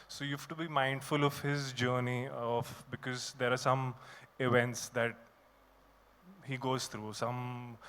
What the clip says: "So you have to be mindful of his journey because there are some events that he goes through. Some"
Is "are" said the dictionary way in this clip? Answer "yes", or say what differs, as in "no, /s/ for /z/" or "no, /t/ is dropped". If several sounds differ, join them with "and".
yes